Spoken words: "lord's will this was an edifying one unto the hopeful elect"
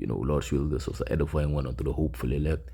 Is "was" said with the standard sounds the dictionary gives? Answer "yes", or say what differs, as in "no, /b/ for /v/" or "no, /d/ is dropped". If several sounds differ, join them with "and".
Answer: no, /s/ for /z/